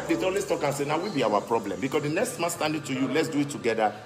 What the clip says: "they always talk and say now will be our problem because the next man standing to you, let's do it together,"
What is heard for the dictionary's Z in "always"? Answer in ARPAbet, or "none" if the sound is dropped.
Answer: S